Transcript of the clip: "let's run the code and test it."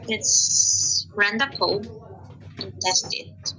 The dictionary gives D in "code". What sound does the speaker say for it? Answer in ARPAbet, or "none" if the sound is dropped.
none